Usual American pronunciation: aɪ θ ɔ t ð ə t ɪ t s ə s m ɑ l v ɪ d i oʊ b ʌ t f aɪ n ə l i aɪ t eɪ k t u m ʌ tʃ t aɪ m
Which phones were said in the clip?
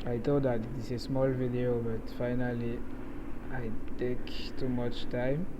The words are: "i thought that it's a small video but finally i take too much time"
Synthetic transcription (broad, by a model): aɪ t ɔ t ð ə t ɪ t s ə s m ɑ l v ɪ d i oʊ b ʌ t f aɪ n ə l i aɪ t eɪ k t u m ʌ tʃ t aɪ m